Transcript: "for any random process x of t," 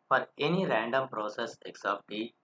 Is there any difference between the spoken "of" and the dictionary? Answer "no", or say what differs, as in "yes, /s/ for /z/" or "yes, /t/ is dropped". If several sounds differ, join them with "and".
yes, /p/ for /v/